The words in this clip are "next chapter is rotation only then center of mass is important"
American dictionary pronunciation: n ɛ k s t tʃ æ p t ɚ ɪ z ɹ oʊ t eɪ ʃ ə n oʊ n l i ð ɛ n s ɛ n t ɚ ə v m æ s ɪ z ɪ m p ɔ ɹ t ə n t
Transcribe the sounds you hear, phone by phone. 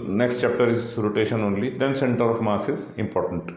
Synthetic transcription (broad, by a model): n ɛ k s t tʃ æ p t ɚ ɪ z ɹ oʊ t eɪ ʃ ə n oʊ n l i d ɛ n s ɛ n t ɚ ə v m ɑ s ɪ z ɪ m p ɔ ɹ t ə n t